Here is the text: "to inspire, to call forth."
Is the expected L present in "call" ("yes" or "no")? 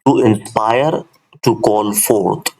no